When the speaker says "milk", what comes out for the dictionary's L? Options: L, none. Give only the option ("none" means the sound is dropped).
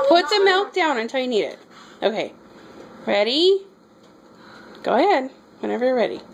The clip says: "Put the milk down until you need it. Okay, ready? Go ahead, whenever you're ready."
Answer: L